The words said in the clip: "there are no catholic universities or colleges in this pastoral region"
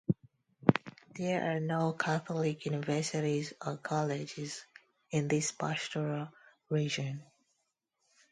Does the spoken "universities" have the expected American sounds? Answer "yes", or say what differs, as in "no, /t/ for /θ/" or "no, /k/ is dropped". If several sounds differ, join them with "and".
yes